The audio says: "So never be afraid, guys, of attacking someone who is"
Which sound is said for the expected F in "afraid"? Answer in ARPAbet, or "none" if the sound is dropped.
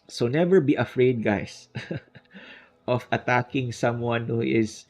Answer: F